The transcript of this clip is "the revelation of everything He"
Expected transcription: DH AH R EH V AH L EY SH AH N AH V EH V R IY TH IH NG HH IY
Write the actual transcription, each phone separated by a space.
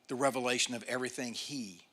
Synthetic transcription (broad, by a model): DH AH R EH V AH L EY SH AH N AH V EH V R IY TH IH NG HH IY